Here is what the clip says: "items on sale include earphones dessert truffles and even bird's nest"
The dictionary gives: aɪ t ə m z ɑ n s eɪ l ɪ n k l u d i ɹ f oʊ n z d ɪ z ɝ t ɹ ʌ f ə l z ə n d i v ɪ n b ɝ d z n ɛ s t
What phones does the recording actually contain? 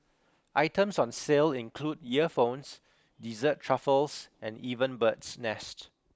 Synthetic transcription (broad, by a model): aɪ t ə m s ɑ n s eɪ l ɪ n k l u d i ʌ f oʊ n s d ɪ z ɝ t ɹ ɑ f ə l s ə n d i v ɪ n b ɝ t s n ɛ s t